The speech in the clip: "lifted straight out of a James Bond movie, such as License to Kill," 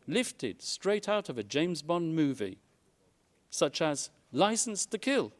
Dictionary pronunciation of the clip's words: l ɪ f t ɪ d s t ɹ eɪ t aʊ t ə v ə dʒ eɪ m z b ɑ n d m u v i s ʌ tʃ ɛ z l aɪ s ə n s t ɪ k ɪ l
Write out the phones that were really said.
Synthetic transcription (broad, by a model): l ɪ f t ɪ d s t ɹ eɪ t aʊ t ə v ə dʒ eɪ m z b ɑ n m u v i s ʌ tʃ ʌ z l aɪ s n s t ɪ k ɪ l